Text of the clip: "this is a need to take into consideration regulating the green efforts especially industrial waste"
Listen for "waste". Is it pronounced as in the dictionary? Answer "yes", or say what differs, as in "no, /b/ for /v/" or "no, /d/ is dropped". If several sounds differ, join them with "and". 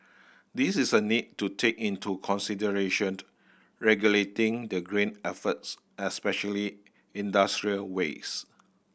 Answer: no, /t/ is dropped